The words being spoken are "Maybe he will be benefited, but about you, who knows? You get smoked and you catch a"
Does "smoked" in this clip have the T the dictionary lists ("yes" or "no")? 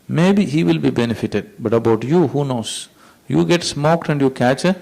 yes